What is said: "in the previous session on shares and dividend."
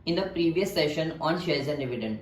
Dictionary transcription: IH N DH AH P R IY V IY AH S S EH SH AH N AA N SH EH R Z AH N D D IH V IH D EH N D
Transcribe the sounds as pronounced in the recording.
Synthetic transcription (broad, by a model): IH N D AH P R IY V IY AH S S EH SH AH N AA N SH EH L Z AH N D D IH V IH D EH N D